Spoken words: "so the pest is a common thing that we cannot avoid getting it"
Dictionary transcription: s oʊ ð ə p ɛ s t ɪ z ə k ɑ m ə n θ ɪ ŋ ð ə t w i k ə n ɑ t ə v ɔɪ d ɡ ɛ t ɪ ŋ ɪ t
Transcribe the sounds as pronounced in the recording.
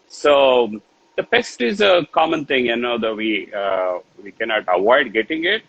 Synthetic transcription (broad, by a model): s oʊ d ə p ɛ s t ɪ z ə k ɑ m ə n t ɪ ŋ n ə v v i k ə n ɑ t ə v ɔɪ d ɡ ɛ t ɪ ŋ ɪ t